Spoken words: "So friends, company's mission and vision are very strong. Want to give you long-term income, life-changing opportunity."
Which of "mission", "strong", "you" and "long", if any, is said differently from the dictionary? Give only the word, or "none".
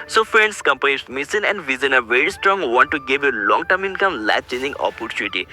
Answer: mission